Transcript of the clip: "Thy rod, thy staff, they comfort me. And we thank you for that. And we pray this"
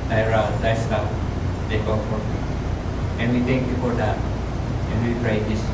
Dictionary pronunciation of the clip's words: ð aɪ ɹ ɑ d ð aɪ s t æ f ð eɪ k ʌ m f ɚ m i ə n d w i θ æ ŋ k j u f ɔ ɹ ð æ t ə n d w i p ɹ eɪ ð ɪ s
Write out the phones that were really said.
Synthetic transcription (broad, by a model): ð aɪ ɹ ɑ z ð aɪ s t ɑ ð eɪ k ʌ f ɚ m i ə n w i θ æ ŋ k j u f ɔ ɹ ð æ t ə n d w i p ɹ eɪ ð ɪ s